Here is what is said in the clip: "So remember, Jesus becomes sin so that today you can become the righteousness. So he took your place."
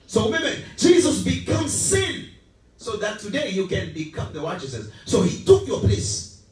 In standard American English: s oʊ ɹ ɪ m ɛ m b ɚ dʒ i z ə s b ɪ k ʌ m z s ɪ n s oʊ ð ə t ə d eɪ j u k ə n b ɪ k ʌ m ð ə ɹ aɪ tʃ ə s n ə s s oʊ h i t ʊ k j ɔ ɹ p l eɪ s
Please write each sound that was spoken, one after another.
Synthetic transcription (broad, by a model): s oʊ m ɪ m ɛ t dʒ i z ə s b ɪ k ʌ m s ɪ n s oʊ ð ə t ə d eɪ j u k ə n b ɪ k ʌ m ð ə w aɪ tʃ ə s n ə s s oʊ h i t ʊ k j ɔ p l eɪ s